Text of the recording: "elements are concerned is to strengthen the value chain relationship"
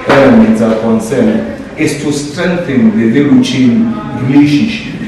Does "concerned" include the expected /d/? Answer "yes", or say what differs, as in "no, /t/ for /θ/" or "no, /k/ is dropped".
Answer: no, /d/ is dropped